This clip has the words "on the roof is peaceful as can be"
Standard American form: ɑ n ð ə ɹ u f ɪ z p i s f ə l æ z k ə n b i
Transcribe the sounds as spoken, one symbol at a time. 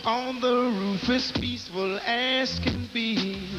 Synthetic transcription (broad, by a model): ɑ n ð ə ɹ u f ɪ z p i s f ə l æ s k ə n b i